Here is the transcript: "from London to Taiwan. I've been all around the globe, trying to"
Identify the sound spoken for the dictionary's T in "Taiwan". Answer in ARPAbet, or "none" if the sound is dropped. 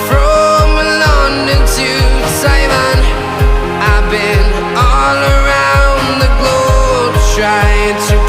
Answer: S